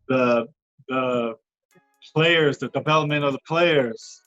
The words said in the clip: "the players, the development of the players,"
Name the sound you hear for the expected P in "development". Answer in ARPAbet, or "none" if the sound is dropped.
none